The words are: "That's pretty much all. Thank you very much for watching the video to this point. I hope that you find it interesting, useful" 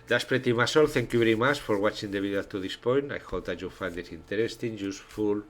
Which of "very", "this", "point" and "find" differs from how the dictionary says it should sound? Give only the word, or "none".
very